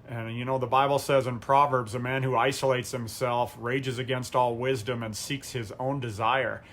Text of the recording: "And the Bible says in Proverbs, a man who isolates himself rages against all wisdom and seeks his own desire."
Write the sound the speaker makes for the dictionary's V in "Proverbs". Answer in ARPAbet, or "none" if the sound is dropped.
V